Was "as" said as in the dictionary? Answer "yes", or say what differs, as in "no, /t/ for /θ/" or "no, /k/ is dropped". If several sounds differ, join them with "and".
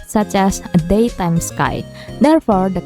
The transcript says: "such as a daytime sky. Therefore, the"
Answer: no, /s/ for /z/